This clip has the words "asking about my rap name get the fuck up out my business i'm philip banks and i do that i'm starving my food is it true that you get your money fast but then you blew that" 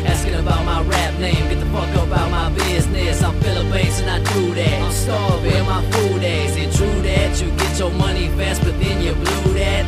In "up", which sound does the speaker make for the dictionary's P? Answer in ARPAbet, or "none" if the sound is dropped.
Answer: B